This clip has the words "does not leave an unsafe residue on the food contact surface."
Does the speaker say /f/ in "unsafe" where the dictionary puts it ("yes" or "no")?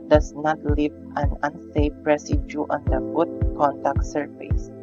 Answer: no